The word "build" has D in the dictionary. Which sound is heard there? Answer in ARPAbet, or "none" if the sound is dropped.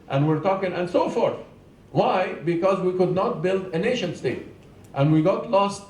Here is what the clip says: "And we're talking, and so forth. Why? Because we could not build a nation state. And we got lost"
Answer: D